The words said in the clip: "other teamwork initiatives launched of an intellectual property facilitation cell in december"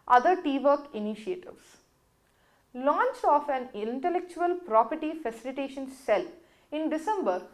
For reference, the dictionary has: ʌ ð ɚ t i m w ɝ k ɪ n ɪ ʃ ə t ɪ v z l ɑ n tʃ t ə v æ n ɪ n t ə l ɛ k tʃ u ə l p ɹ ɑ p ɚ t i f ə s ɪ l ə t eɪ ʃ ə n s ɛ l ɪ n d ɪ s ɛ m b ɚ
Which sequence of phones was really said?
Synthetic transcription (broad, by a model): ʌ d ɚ t i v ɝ k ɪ n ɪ ʃ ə t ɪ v s l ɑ n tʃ ə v æ n ɪ n t ə l ɛ k tʃ u ə l p ɹ ɑ p ɚ t i f ə s ɪ l ə t eɪ ʃ ə n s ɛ l ɪ n d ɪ s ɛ m b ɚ